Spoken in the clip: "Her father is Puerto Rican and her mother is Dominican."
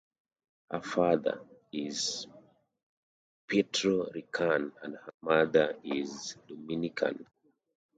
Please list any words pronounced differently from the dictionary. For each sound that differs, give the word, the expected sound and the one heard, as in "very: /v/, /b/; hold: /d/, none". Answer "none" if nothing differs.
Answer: none